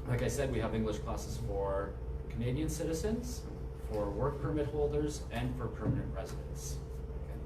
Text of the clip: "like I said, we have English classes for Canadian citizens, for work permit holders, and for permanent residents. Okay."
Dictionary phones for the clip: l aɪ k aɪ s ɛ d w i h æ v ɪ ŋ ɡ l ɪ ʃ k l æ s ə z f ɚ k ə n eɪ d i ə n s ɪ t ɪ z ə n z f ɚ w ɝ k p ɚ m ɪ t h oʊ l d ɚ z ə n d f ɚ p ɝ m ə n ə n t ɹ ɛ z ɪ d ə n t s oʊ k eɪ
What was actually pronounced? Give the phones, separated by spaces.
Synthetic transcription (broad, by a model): l aɪ k aɪ s ɛ d w i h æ v ɪ ŋ ɡ l ɪ ʃ k l æ s ə z f ɚ k ə n eɪ d i ə n s ɪ t ɪ z ə n z f ɚ w ɝ k p ɚ m ɪ t h oʊ l d ɚ z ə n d f ɚ p ɝ m ə n ə n t ɹ ɛ z ɪ d ə n t s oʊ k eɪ